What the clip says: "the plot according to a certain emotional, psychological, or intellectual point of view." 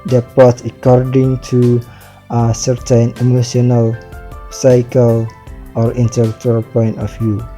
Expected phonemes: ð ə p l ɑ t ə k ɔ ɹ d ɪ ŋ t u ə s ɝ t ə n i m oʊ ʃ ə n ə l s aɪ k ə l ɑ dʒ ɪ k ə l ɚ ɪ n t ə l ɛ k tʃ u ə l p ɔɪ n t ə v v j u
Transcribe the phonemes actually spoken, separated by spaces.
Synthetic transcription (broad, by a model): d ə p ɑ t ə k ɔ ɹ d ɪ ŋ t u ə s ɝ t ə n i m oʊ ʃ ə n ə l s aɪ k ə l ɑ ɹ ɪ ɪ n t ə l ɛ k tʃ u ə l p ɔɪ n t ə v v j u